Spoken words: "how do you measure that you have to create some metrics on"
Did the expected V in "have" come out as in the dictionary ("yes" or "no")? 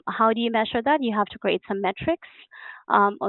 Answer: no